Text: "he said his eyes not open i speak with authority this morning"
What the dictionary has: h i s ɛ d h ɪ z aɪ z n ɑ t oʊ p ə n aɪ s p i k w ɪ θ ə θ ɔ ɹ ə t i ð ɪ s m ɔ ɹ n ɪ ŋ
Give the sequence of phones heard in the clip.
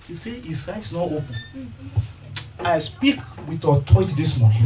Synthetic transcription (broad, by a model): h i s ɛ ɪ s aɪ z n ɑ t oʊ p ə n aɪ s p i k w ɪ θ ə t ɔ ə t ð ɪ s m ɔ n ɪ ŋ